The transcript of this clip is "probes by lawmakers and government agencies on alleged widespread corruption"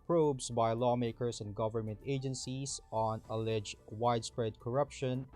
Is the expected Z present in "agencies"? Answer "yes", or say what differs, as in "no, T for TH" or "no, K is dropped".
no, S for Z